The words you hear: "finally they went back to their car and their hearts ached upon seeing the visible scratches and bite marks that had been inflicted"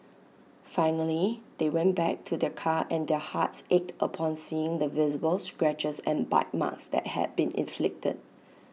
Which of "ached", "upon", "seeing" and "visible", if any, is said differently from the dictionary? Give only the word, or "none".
none